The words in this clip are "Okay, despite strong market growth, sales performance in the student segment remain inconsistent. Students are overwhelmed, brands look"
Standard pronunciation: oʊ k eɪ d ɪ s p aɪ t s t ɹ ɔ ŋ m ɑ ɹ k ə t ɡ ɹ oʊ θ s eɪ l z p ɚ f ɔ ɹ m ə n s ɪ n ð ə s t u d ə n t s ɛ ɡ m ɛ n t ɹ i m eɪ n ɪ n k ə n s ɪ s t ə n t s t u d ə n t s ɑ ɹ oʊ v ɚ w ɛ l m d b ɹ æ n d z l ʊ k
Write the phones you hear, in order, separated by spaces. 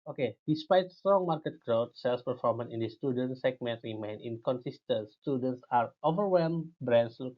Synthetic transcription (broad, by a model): oʊ k eɪ d ɪ s p aɪ t s t ɹ ɔ ŋ m ɑ ɹ k ə t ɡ ɹ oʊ t s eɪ l s p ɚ f ɔ ɹ m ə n ɪ n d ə s t u d ə n t s ɛ ɡ m ɛ n t ɹ i m eɪ n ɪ n k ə n s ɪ s t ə n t s t u d ə n t s ɑ ɹ oʊ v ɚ w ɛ l m b ɹ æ n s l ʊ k